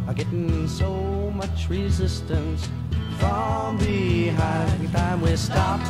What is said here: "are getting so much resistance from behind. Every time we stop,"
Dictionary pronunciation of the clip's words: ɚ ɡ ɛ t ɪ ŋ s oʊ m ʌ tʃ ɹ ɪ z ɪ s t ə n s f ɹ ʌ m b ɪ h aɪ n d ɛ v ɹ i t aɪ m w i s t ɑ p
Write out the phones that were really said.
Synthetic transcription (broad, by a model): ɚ ɡ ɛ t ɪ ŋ s oʊ m ʌ tʃ ɹ ɪ z ɪ s t ə n s f ɹ ʌ m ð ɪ h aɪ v i t aɪ m w i s t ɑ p